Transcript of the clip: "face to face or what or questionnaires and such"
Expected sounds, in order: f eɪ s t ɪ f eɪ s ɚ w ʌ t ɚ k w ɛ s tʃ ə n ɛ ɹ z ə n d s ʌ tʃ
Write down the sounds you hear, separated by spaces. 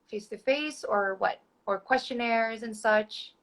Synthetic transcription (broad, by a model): f eɪ s t ɪ f eɪ s ɚ w ʌ t ɚ k w ɛ s tʃ ə n ɛ ɹ z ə n s ʌ tʃ